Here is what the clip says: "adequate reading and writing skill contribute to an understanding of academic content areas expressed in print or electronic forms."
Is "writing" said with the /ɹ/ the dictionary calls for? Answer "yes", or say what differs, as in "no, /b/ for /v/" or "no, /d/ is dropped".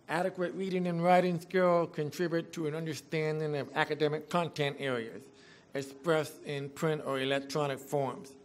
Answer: yes